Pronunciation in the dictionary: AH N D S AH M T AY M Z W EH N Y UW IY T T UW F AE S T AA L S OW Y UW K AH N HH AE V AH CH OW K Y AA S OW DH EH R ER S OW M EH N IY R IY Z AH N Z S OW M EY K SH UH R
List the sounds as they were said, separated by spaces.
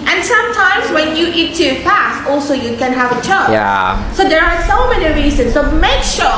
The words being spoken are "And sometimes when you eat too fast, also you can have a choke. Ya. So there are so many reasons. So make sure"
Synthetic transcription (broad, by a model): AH N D S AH M T AY M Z W EH N Y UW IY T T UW P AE S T AA L S OW Y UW K AH N HH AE V AH CH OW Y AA S OW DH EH R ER S OW M EH N IY R IY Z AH N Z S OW M EY K SH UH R